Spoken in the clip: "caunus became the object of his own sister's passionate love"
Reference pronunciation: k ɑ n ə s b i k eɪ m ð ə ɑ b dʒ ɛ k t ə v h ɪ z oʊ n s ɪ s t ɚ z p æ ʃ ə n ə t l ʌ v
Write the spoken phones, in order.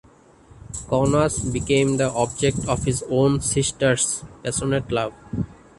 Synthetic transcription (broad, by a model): k ɑ n ə s b i k eɪ m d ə ɑ b dʒ ɛ k t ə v h ɪ z oʊ n s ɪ s t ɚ s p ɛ s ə n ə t l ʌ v